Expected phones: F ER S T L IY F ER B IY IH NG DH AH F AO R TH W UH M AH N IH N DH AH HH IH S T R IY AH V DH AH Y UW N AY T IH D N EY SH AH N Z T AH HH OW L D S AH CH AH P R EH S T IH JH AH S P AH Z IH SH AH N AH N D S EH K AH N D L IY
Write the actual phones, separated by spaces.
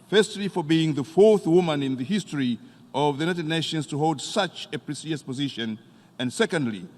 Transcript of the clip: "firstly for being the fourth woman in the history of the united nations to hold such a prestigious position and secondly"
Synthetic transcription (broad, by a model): F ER S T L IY F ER B IY IH NG DH AH F AO R TH W UH M AH N IH N DH AH HH IH S T R IY AH V DH AH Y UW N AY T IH D N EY SH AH N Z T AH HH OW L D S AH CH AH P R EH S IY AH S P AH Z IH SH AH N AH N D S EH K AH N D L IY